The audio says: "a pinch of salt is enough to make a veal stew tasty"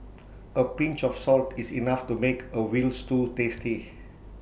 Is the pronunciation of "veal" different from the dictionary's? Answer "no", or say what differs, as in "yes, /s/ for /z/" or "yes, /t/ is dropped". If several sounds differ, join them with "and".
yes, /w/ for /v/